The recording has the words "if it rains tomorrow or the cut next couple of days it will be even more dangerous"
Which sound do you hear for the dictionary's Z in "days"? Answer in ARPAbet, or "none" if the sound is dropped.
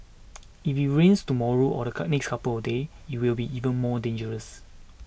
none